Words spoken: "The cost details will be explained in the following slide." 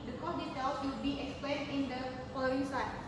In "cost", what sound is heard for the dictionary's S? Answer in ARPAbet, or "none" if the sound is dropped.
none